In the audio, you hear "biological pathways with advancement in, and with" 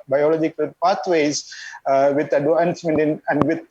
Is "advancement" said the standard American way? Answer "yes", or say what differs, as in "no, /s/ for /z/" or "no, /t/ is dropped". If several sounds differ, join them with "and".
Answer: no, /v/ is dropped